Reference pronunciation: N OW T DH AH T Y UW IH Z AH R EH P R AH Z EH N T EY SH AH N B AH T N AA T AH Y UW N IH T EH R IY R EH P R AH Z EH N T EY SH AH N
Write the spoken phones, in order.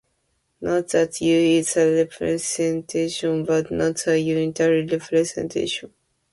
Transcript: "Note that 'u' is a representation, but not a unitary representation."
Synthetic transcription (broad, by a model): N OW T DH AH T Y UW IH S AH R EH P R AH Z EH N T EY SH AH N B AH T N AA T AH Y UW N IH T EH R IY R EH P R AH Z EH N T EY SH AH N